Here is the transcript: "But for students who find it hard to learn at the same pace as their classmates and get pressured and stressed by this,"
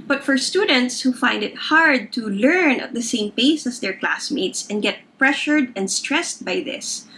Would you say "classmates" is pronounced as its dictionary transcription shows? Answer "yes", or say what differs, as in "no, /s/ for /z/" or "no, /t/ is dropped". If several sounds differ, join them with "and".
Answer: yes